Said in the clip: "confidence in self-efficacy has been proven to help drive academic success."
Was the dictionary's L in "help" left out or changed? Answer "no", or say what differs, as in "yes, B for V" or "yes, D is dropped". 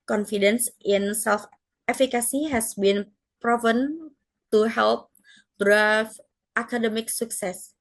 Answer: no